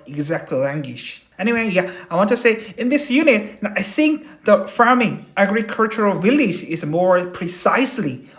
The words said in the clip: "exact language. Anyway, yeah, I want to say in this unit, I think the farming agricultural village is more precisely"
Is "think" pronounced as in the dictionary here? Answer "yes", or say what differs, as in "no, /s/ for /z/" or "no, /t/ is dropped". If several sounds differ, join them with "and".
yes